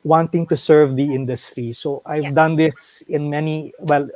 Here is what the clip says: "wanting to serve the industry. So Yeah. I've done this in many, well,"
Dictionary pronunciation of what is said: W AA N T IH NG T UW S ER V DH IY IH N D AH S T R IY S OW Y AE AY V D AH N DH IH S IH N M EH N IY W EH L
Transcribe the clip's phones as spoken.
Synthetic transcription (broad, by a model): W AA N T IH NG T UW S ER V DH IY IH N D AH S T R IY S OW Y AY V D AH N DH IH S IH N M EH N IY W EH L